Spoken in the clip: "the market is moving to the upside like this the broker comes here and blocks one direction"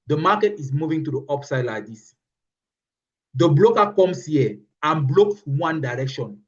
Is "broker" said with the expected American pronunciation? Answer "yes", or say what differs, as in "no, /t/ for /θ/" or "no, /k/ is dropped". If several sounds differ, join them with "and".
no, /l/ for /ɹ/